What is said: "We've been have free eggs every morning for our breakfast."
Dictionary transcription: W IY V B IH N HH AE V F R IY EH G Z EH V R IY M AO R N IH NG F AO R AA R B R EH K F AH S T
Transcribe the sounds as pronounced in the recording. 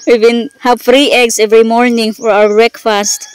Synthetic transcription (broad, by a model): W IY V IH N HH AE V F R IY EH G S EH V R IY M AO R N IH NG F AO R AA W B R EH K F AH S T